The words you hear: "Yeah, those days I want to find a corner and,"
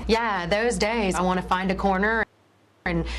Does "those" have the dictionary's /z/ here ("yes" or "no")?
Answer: yes